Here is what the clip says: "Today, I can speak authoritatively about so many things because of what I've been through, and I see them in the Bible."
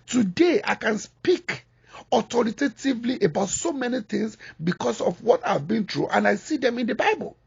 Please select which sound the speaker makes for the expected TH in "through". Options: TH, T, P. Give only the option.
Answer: T